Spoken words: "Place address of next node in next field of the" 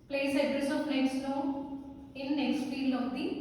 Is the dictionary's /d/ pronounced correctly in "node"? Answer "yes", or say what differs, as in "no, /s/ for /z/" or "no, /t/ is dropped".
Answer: no, /d/ is dropped